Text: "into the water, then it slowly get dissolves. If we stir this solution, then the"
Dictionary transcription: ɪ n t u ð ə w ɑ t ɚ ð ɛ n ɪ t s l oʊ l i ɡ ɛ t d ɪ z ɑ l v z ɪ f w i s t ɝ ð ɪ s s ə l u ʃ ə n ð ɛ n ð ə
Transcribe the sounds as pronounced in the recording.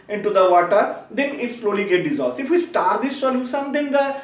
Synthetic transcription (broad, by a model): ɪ n t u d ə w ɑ t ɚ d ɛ n ɪ t s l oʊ l i ɡ ɛ t d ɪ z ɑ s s ɪ f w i s t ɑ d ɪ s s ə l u s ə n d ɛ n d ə